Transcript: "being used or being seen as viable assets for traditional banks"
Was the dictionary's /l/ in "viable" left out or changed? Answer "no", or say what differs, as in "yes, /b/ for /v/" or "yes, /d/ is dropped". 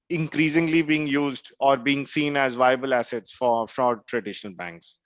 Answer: no